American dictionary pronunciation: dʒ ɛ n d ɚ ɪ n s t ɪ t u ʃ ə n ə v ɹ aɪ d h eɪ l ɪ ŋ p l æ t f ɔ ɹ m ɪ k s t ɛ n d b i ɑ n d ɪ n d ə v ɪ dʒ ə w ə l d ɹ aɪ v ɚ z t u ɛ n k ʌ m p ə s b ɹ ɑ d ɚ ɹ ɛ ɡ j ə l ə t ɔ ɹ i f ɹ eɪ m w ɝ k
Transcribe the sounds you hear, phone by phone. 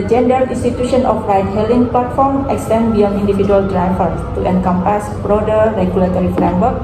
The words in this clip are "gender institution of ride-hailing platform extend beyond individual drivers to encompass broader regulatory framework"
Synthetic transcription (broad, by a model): dʒ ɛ n d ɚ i n s t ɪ t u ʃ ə n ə f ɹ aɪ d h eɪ l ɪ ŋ p l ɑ t f ɔ ɹ m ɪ k s t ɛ n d b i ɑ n i n d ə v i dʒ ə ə l d ɹ aɪ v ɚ t u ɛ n k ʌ m p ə s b ɹ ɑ d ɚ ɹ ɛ ɡ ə l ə t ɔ ɹ i f ɹ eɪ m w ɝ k